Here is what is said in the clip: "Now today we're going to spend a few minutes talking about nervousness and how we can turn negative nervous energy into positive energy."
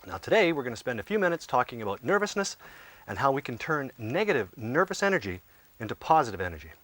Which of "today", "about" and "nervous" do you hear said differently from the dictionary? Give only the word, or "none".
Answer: none